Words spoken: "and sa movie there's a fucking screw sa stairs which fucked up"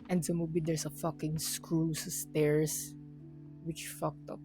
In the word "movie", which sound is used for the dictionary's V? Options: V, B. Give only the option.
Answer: B